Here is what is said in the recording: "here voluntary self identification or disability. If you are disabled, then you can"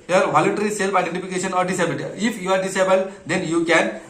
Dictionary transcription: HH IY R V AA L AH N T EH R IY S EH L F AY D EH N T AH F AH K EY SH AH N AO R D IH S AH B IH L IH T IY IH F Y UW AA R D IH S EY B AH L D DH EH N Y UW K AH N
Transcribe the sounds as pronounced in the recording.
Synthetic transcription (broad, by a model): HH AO R V AA L AH N T EH R IY S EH L P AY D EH N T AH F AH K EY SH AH N AO R D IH S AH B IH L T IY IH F Y UW AA R D IH S EY B AH L D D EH N Y UW K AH N